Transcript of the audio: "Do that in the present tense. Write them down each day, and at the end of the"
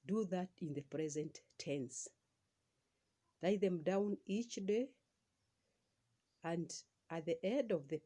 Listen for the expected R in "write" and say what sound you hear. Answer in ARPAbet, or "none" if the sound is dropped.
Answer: L